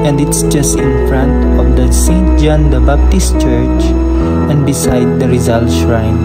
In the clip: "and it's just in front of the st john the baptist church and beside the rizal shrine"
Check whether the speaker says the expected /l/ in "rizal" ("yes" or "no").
yes